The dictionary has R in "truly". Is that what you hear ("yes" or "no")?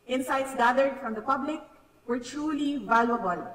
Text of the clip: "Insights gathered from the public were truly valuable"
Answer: yes